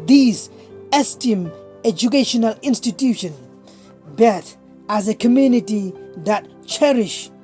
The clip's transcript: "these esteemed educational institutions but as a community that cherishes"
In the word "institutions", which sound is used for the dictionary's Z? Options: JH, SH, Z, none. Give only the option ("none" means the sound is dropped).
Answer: none